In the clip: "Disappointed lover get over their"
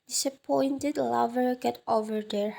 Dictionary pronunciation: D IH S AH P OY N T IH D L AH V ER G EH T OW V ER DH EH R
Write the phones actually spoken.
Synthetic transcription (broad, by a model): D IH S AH P OY N T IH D L AH V ER G EH T OW V ER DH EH R